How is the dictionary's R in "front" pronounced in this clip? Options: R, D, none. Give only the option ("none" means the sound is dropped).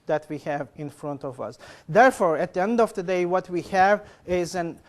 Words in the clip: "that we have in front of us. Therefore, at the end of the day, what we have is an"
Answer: R